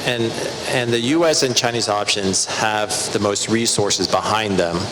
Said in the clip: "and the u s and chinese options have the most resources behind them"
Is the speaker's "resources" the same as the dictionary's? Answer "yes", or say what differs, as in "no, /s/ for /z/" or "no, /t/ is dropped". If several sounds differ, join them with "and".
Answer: yes